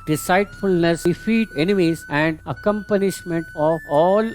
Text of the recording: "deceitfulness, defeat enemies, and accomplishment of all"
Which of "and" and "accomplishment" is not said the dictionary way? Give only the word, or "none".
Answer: accomplishment